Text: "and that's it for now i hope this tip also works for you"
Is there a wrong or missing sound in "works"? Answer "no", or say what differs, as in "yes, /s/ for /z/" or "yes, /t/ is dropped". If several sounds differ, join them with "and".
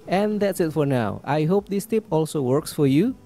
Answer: no